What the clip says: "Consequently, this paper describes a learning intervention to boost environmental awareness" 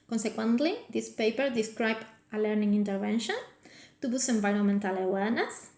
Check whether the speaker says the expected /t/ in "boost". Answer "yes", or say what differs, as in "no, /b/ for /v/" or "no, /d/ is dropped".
no, /t/ is dropped